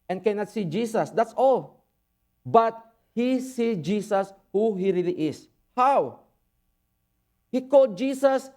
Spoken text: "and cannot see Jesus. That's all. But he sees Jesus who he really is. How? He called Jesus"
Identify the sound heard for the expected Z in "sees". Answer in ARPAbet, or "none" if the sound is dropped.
none